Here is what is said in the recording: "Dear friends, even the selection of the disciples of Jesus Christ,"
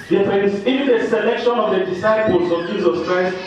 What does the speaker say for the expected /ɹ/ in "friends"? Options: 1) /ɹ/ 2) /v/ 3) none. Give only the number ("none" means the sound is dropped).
3